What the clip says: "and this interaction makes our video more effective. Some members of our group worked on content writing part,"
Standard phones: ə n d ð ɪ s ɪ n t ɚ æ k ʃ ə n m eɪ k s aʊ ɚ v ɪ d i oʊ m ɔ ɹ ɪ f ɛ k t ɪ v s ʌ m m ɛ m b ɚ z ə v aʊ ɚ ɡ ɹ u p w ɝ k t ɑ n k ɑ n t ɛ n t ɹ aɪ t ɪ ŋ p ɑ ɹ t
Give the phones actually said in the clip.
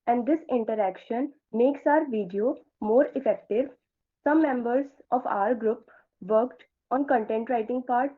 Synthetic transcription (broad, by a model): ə n d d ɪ s ɪ n t ɚ æ k ʃ ə n m eɪ k s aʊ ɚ v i d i oʊ m ɔ ɹ ɪ f ɛ k t ɪ v s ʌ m m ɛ m b ɚ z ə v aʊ ɚ ɡ ɹ u p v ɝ k t ɑ n k ɑ n t ɛ n t ɹ aɪ t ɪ ŋ p ɑ ɹ t